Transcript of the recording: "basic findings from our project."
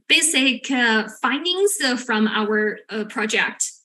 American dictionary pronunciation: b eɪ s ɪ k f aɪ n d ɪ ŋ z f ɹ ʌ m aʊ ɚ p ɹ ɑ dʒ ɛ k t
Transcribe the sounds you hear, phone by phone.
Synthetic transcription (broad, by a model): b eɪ s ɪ k f aɪ n d ɪ ŋ z f ɹ ʌ m aʊ ɚ p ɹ ɑ dʒ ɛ k t